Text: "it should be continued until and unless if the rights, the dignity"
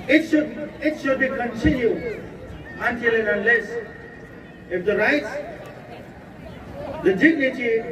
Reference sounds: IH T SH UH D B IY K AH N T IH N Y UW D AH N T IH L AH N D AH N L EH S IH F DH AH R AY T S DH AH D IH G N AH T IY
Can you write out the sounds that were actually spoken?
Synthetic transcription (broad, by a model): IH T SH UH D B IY K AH N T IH N Y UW AH N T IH L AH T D AH N L EH S IH F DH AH R AY T S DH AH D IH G N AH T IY